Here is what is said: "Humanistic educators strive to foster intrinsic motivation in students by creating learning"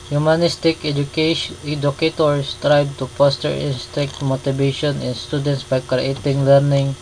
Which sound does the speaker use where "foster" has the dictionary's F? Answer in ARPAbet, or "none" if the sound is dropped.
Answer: P